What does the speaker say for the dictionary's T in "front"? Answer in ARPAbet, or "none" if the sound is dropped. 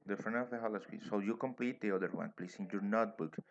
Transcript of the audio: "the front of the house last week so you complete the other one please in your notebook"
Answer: none